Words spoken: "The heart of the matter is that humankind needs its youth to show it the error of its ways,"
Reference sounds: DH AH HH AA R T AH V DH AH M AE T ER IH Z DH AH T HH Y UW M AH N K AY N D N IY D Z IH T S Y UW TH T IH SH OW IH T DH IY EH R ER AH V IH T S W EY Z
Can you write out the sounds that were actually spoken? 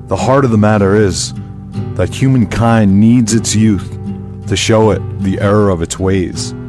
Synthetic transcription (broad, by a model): DH AH HH AA R T AH V DH AH M AE T ER IH Z DH AH T HH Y UW M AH N K AY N N IY D Z IH T S Y UW TH T IH SH OW IH T DH IY EH R ER AH V IH T S W EY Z